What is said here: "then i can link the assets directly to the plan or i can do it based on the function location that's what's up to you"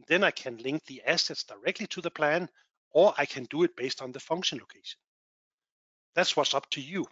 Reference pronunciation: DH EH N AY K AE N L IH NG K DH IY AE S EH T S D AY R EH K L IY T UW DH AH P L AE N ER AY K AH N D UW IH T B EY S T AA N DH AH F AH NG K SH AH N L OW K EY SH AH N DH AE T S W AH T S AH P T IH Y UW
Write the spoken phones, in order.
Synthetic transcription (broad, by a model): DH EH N AY K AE N L IH NG K DH IY AE S EH T S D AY R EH K L IY T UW DH AH P L AE N ER AY K AH N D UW IH T B EY S T N DH AH F AH NG K SH AH N L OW K EY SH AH N DH AE T S W AH T S AH P T IH Y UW